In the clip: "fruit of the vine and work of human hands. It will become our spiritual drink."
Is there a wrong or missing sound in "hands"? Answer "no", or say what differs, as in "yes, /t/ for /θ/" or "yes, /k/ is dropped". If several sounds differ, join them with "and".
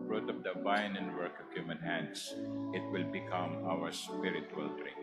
yes, /s/ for /z/